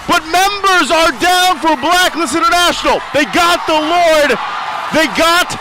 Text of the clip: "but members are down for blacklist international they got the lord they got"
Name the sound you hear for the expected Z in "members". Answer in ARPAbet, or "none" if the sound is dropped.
Z